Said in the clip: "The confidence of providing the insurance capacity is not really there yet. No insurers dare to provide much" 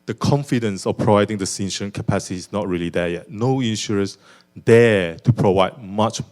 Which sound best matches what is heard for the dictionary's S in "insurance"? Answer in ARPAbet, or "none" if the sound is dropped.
none